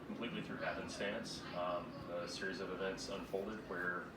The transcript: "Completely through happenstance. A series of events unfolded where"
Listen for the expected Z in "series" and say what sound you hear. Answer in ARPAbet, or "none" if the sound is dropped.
Z